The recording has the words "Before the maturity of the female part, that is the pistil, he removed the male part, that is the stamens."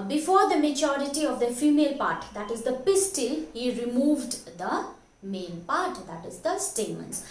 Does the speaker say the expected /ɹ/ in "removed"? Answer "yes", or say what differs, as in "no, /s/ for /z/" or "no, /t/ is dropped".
yes